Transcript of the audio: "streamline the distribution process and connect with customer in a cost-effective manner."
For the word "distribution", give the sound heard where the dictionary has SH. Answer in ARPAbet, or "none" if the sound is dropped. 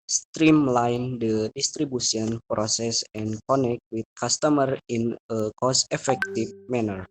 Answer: S